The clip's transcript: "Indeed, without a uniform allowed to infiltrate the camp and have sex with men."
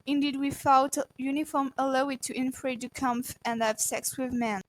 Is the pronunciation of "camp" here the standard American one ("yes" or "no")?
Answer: no